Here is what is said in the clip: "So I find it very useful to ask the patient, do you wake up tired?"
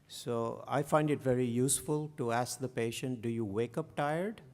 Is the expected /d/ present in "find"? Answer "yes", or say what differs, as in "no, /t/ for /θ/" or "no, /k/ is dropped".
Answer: yes